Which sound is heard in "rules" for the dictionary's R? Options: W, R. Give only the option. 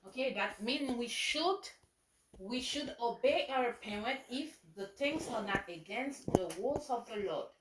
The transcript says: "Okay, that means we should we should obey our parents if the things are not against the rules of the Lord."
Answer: W